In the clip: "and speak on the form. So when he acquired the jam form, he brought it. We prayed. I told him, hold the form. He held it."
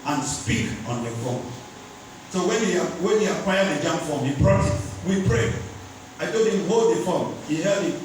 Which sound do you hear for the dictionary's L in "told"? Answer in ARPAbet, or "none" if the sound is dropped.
none